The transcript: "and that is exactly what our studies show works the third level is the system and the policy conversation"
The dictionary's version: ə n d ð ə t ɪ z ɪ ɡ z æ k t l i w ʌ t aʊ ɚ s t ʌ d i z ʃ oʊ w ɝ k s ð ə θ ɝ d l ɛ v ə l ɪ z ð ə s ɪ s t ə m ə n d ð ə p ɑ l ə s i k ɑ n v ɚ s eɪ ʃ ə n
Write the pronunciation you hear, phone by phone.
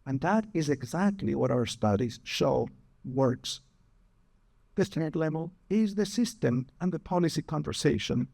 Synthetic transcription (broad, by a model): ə n ð ə t ɪ z ɪ ɡ z æ k t l i w ʌ t aʊ ɚ s t ʌ d i z ʃ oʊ w ɝ k s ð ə t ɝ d l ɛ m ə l ɪ z ð ə s ɪ s t ə m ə n ð ə p ɑ l ə s i k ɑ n v ɚ s eɪ ʃ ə n